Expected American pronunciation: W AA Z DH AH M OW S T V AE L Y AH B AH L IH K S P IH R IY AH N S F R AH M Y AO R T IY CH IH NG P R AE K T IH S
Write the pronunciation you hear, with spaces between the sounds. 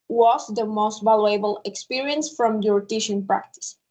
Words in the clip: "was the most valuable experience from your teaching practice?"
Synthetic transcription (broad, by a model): W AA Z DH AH M OW S T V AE L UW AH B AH L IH K S P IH R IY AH N S F R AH M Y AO R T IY SH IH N P R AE K T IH S